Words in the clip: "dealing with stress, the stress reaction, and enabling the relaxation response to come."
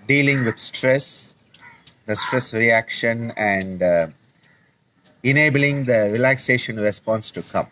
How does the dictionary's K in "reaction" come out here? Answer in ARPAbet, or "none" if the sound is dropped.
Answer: K